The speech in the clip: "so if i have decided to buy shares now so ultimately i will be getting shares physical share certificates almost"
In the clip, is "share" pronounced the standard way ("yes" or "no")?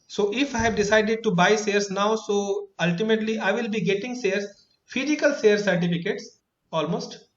no